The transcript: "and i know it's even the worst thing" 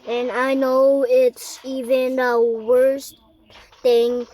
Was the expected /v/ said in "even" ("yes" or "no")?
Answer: yes